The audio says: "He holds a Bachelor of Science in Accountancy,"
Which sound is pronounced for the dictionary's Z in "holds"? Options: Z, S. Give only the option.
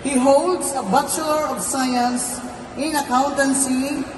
S